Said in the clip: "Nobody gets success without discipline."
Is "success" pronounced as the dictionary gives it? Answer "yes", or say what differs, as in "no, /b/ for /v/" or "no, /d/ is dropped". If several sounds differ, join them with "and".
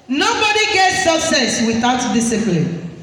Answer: no, /k/ is dropped